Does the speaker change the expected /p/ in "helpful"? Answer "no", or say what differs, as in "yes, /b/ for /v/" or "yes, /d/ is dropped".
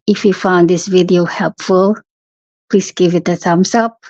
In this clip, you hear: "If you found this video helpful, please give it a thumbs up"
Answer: no